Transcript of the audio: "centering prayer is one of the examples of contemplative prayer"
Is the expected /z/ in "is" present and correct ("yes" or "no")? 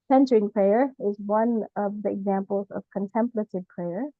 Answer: yes